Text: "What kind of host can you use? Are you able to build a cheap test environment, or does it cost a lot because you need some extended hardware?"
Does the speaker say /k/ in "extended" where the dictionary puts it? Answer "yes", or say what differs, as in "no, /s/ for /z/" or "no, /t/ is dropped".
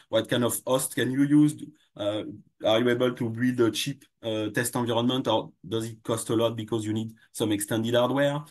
yes